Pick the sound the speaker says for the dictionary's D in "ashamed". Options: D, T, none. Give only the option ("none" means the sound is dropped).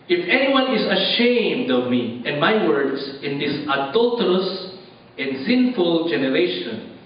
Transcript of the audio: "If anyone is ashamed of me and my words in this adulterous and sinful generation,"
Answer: D